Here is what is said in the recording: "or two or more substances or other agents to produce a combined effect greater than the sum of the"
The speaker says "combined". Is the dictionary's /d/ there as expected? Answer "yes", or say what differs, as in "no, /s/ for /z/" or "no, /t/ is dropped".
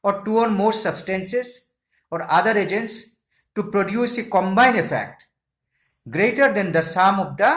no, /d/ is dropped